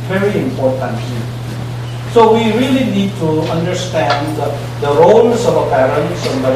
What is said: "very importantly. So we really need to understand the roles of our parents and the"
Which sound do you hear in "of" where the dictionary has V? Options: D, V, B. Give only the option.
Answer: B